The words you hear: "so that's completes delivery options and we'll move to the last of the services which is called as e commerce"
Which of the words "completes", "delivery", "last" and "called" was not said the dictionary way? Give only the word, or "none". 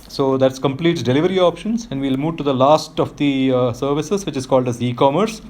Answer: completes